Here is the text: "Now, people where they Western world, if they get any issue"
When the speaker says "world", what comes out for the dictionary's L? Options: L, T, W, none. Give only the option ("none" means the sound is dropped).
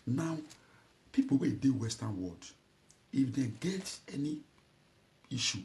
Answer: none